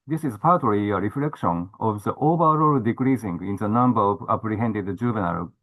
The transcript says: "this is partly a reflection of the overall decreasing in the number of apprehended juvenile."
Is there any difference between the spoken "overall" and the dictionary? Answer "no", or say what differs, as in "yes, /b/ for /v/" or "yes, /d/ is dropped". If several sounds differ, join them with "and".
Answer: yes, /b/ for /v/